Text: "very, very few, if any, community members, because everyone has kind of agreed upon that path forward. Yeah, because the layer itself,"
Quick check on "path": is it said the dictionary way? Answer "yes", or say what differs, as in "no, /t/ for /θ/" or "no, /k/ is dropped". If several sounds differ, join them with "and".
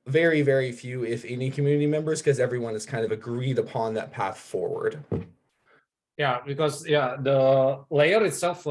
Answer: yes